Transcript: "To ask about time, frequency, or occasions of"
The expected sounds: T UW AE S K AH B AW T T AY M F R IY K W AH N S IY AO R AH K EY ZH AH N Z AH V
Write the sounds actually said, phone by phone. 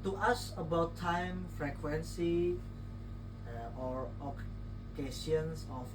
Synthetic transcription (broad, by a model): T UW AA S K AH B AW T T AY M F R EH K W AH N S IY AO R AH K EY S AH N S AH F